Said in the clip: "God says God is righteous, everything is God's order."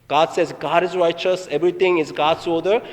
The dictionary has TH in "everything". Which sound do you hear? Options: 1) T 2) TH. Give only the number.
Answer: 1